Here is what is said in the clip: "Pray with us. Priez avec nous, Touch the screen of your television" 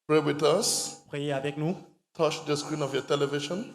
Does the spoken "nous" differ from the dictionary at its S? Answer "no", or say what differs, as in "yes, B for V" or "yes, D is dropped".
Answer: yes, S is dropped